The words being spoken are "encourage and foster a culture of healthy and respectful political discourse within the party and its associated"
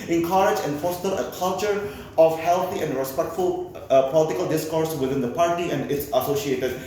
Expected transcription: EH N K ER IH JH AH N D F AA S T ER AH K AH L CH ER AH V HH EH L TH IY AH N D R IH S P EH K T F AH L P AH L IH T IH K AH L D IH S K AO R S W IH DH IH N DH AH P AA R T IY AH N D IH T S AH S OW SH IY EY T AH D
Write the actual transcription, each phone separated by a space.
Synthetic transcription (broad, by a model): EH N K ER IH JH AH N F AA S T ER AH K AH L CH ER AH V HH EH L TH IY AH N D R IH S P EH K T F AH L P AH L IH T IH K AH L D IH S K AO R S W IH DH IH N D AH P AA R T IY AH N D IH T S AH S OW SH IY EY T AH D